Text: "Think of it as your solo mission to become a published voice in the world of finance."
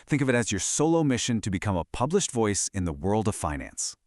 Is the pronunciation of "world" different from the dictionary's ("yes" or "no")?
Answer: no